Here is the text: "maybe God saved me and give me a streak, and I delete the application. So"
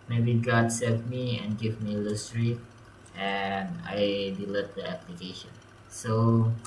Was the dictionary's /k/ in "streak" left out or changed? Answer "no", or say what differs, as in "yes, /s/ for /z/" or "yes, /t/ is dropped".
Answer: yes, /k/ is dropped